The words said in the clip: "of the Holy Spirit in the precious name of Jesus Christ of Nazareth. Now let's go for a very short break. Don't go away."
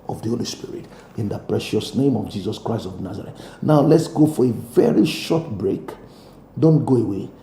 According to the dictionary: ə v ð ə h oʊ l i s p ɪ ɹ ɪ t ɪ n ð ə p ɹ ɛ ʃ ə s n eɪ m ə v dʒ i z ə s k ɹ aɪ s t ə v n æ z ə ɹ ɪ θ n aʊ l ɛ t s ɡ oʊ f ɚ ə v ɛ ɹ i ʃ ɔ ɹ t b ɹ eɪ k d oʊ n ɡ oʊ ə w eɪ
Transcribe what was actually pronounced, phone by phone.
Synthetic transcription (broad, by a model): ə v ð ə h oʊ l i s p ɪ ɹ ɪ t ɪ n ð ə p ɹ ɛ ʃ ə s n eɪ m ə v dʒ i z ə s k ɹ aɪ s t ə v n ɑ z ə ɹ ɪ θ n aʊ l ɛ t s ɡ oʊ f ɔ ə v ɛ ɹ i ʃ ɔ t b ɹ eɪ k d oʊ n ɡ oʊ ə w eɪ